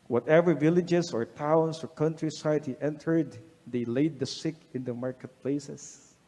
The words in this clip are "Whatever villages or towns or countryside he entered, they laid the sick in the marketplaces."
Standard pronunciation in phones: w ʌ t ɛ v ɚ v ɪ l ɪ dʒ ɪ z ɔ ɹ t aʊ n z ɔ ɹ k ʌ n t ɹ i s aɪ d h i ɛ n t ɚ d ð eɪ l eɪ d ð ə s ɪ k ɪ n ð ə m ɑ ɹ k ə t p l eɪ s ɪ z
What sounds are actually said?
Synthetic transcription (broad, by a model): w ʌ t ɛ v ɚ v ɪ l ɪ dʒ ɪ s ɔ ɹ t aʊ n s ɔ ɹ k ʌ n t ɹ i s aɪ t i ɛ n t ɚ d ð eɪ l eɪ d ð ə s ɪ k ɪ n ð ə m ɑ ɹ k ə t p l eɪ s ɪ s